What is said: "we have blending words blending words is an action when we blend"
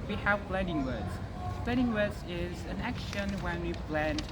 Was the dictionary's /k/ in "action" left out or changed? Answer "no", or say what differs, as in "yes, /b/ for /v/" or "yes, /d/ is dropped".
no